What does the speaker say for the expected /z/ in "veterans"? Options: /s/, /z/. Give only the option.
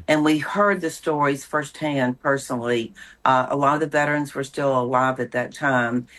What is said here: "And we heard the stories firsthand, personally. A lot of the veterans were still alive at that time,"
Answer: /z/